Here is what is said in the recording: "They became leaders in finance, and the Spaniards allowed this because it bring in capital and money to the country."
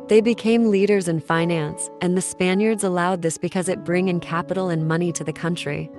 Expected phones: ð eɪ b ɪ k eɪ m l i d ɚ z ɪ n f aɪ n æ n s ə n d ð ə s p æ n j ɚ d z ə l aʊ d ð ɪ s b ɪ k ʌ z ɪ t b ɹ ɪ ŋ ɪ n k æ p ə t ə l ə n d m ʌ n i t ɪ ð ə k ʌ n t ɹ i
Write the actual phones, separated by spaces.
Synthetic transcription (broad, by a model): ð eɪ b ɪ k eɪ m l i d ɚ z ɪ n f aɪ n æ n s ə n ð ə s p æ n j ɚ d z ə l aʊ d ð ɪ s b ɪ k ʌ z ɪ t b ɹ ɪ ŋ ɪ n k æ p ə t l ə n m ʌ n i t ɪ ð ə k ʌ n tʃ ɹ i